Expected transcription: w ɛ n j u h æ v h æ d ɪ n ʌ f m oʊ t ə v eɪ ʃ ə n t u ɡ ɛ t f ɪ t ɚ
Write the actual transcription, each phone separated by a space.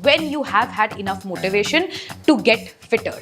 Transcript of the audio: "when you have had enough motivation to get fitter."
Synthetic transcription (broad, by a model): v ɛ n j u h æ v h æ d ɪ n ʌ f m oʊ t ə v eɪ ʃ ə n t u ɡ ɛ t f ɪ t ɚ